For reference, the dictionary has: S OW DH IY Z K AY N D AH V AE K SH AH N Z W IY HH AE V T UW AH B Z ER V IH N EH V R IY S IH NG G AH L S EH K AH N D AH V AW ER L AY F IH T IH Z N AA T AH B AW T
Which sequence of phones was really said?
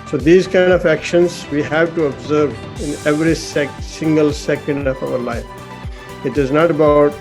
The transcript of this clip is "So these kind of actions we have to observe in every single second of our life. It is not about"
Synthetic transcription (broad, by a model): S OW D IY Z K AY N D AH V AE K SH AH N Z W IY HH AE V T UW AH B Z ER V IH N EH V R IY S IH NG G AH L S EH K AH N D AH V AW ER L AY F IH T IH Z N AA T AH B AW T